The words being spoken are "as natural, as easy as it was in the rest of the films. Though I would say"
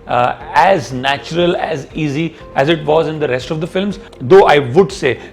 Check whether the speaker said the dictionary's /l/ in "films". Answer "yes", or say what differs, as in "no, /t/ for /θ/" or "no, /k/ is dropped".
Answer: yes